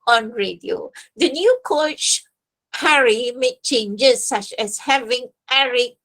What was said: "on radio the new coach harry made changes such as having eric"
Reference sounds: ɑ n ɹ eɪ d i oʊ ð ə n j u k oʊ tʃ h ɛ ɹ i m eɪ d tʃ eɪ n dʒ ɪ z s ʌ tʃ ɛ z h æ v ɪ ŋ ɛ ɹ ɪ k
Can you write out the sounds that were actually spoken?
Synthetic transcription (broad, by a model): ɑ n ɹ eɪ d i oʊ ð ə n j u k oʊ tʃ h ɛ ɹ i m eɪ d tʃ eɪ n dʒ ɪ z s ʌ tʃ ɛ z h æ v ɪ ŋ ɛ ɹ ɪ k